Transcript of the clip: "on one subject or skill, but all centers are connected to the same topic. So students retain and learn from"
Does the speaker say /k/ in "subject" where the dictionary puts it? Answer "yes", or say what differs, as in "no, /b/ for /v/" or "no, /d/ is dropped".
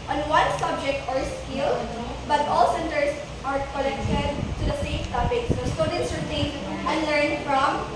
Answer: yes